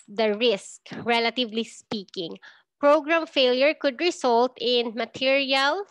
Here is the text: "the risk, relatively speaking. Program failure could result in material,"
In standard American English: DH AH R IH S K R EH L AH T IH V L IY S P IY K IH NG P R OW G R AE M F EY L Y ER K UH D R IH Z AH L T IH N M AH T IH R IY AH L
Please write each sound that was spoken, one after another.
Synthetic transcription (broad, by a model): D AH R IH S K R EH L AH T IH V L IY S P IY K IH NG P R OW G R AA M F EY L Y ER K UH D R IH S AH L T IH N M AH T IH R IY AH L